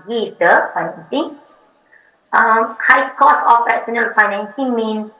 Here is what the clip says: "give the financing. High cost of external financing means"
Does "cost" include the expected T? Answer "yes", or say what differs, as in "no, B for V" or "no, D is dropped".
no, T is dropped